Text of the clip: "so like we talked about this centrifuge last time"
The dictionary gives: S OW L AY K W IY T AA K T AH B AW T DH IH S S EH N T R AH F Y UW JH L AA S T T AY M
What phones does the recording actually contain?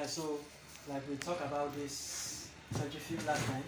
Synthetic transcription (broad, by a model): S OW L AY K W IY T AA K AH B AW T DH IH S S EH T AH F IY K L AA S T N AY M